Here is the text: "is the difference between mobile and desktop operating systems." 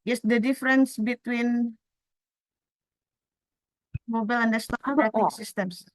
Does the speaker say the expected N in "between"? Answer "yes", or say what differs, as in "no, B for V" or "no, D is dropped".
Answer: yes